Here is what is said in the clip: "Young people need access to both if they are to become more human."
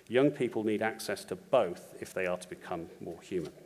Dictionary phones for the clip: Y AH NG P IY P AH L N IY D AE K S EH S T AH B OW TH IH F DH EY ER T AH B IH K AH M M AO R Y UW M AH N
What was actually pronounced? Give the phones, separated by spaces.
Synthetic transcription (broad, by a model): Y AH NG P IY P AH L N IY D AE K S EH S T AH B OW TH IH F DH EY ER T AH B IH K AH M M AO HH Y UW M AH N